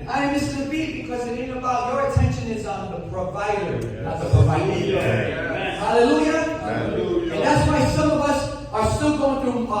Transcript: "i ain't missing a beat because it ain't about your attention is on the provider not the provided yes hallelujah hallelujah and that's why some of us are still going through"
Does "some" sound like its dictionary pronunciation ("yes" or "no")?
yes